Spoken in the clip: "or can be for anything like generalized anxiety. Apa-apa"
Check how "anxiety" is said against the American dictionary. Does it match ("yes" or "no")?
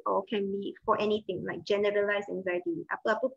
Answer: yes